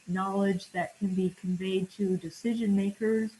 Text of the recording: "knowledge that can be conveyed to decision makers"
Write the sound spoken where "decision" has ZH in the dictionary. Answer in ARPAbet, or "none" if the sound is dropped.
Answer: ZH